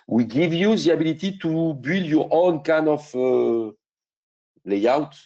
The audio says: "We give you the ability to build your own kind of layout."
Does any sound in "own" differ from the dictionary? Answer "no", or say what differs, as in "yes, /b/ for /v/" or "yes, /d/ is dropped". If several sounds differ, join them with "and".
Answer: no